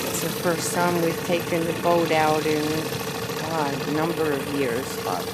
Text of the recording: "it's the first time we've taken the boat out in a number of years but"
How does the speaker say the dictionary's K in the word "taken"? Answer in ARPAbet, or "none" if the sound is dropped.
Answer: K